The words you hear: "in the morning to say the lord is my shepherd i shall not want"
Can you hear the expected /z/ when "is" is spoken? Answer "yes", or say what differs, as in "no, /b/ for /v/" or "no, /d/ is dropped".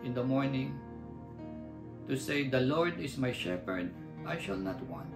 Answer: no, /s/ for /z/